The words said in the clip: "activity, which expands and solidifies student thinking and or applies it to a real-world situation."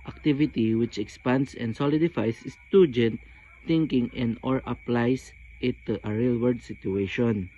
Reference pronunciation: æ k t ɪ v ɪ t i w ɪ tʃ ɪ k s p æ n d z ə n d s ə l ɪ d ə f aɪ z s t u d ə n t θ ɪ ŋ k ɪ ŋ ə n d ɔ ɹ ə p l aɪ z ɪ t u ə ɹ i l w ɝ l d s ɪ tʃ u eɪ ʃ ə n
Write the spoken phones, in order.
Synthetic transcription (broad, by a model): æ k t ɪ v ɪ t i w ɪ tʃ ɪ k s p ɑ n d s ə n d s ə l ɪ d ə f aɪ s s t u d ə n t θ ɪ ŋ k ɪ ŋ ə n d ɔ ɹ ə p l aɪ s ɪ t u ə ɹ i l w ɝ d s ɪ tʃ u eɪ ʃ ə n